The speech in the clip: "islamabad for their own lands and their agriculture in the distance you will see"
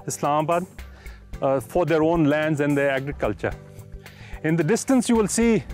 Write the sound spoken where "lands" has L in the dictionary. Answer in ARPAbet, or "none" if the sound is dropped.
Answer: L